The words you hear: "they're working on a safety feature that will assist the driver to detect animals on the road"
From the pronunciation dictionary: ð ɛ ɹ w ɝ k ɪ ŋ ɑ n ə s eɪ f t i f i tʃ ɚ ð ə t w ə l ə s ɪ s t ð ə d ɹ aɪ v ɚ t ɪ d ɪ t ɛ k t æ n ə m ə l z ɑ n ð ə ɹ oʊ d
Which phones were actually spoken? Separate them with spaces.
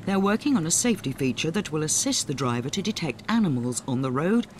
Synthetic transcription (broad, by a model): ð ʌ ɹ w ɝ k ɪ ŋ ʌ n ə s eɪ f t i f i tʃ ɚ ð ə t w ə l ə s ɪ s t ð ə d ɹ aɪ v ɚ t ɪ d ɪ t ɛ k t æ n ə m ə l z n ð ə ɹ oʊ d